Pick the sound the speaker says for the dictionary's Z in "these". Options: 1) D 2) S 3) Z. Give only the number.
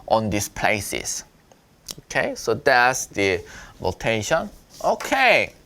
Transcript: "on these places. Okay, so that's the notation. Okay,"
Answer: 2